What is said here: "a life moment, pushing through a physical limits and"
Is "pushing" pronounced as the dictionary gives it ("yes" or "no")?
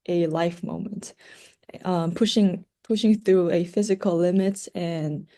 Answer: yes